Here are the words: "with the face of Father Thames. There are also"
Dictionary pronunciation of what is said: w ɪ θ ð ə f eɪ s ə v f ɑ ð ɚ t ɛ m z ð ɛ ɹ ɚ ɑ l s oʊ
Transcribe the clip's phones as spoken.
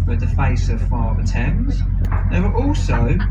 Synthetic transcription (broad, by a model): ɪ ð ə f eɪ s ə v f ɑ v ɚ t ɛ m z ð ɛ w ɚ ɑ l s oʊ